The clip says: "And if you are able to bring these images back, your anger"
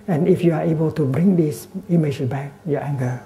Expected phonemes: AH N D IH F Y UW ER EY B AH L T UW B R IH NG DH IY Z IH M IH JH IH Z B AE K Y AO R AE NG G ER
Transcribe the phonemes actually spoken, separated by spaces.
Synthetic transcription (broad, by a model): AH N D IH F Y UW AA EY B AH L T UW B R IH NG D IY S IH M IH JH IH S B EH K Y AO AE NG G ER